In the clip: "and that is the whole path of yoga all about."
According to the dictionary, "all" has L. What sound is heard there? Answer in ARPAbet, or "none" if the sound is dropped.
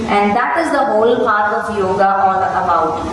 N